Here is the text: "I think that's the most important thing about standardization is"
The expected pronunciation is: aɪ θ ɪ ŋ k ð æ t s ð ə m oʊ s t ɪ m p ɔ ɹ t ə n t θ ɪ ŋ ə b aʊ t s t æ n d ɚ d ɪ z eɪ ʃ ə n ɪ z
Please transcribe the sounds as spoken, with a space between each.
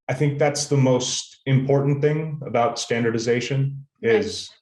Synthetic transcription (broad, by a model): aɪ θ ɪ ŋ k ð æ t s ð ə m oʊ s t ɪ m p ɔ ɹ t n θ ɪ ŋ ə b aʊ t s t æ n d ɚ d ɪ z eɪ ʃ ə n ɪ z